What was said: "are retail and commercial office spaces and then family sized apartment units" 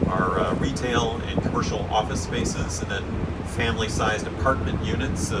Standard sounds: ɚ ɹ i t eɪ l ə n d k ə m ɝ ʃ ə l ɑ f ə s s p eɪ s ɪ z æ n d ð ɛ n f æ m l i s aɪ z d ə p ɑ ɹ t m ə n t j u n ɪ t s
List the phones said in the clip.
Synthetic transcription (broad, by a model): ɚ ɹ i t eɪ l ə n k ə m ɝ ʃ l ɑ f ə s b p eɪ s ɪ z n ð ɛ n f æ m l i s aɪ z d ə p ɑ ɹ t m ə n t j u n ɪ t s